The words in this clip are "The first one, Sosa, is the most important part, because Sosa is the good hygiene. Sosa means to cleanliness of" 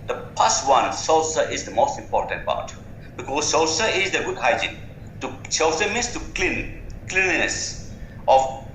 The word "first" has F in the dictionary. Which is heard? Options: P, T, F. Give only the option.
P